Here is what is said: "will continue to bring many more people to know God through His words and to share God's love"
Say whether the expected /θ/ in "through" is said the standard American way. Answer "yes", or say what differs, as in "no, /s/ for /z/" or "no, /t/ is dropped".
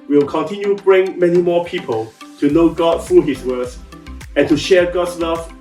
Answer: no, /f/ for /θ/